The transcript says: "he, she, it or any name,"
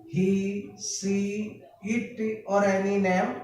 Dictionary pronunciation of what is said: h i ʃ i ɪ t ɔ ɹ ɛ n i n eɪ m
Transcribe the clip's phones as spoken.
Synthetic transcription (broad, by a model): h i s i ɪ t ɔ ɹ ɛ n i n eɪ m